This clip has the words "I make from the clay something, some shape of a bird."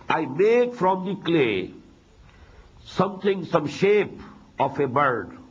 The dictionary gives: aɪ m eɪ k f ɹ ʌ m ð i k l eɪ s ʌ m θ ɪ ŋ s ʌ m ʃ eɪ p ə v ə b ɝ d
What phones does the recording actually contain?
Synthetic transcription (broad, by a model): aɪ m eɪ k f ɹ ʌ m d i k l eɪ s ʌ m t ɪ ŋ s ʌ m ʃ eɪ p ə f ə b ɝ d